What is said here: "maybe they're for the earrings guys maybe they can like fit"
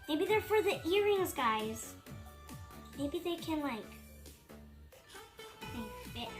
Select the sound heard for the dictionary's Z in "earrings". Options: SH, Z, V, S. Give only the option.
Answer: Z